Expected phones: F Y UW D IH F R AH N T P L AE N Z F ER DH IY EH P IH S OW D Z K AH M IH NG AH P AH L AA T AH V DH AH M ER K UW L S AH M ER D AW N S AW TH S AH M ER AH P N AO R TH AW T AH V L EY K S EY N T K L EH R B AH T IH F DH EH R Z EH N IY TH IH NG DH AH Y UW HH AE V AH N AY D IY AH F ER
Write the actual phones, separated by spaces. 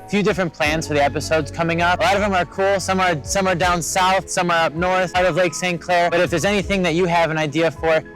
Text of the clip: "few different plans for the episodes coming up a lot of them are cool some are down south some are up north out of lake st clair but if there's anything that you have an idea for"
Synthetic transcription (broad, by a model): F Y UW D IH F R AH N P L AE N Z F ER DH IY EH P IH S OW D Z K AH M IH NG AH P AH L AA T AH V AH M ER K UW L S AH M ER D AW N S AW TH S AH M ER AH P N AO R TH AW T AH V L EY K S EY N K L EH R B AH T IH F DH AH R Z EH N IY TH IH NG DH AH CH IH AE V AH N AY D IY AH F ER